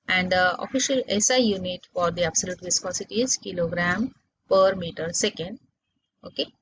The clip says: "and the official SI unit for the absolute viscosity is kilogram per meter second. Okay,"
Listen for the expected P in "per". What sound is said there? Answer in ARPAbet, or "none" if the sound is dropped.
P